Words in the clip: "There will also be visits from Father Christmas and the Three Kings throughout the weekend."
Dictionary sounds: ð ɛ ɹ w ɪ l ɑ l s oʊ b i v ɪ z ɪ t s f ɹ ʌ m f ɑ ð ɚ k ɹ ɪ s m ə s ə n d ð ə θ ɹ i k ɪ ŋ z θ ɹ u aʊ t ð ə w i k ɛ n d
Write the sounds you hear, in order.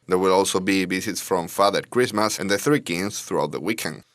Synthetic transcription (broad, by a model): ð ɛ ɹ w ɪ l ɑ l s oʊ b i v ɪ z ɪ t s f ɹ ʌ m f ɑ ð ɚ k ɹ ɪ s m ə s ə n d ð ə θ ɹ i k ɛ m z θ ɹ u aʊ t ð ə w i k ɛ n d